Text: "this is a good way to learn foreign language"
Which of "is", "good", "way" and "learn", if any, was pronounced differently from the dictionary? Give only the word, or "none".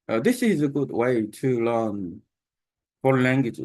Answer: none